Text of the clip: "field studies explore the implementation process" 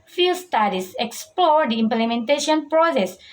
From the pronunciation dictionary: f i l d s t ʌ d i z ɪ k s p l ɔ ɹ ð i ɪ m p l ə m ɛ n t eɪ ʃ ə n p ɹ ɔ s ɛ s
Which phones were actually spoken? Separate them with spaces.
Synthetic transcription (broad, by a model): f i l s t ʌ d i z ɪ k s p l ɔ ɹ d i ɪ m p l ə m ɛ n t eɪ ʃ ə n p ɹ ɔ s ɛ s